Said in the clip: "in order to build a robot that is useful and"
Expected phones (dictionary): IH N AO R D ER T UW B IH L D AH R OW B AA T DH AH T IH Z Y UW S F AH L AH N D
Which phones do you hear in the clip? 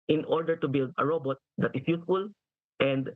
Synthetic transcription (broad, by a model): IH N AO R D ER T UW B IH L D AH R OW B AA T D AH T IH S Y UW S F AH L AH N D